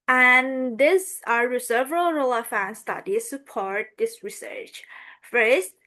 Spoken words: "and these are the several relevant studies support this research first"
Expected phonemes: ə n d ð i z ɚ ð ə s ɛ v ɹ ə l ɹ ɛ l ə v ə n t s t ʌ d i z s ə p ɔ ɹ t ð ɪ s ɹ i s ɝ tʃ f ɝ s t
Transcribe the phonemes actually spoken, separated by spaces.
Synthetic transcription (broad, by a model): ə n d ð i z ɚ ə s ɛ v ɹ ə l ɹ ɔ l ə f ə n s t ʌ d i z s ə p ɔ ɹ t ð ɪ s ɹ i s ɝ tʃ f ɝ s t